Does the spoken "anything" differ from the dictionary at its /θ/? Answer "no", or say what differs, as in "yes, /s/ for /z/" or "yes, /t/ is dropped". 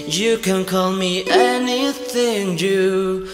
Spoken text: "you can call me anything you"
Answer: no